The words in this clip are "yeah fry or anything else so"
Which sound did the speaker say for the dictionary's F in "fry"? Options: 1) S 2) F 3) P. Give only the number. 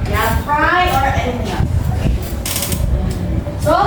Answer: 3